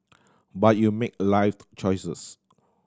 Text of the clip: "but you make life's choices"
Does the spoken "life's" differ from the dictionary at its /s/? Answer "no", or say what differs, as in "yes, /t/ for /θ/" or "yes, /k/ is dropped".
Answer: yes, /s/ is dropped